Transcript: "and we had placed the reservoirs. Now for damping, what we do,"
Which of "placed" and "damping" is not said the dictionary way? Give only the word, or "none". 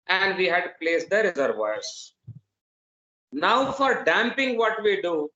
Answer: none